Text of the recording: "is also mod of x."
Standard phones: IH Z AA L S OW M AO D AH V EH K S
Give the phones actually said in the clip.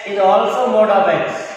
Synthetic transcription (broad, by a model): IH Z AA L S OW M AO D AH B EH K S